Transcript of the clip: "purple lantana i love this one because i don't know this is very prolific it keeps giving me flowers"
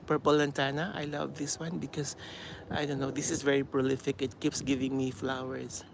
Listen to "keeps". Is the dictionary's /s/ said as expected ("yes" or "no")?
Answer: yes